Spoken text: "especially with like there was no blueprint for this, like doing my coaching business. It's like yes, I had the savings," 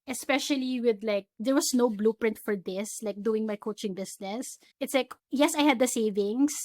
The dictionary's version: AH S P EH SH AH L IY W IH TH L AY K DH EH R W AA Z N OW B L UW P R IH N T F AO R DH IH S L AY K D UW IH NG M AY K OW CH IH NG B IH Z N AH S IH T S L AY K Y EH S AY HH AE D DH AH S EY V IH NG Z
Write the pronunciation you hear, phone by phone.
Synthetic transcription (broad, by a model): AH S P EH SH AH L IY W IH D L AY K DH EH R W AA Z N OW B L UW P R IH N T F AO R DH IH S L AY K D UW IH NG M AY K OW CH IH NG B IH S N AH S IH T S L AY K Y EH S AY HH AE D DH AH S EY V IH NG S